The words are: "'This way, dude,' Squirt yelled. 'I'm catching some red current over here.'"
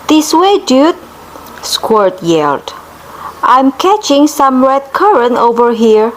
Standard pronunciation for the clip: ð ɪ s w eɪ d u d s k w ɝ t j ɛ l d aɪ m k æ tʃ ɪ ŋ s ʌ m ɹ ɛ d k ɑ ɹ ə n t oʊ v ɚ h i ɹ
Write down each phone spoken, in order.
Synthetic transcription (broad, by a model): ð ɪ s w eɪ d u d s k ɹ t j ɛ l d aɪ m k æ tʃ ɪ ŋ s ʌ m ɹ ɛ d k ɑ ɹ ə n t oʊ v ɚ h i ɹ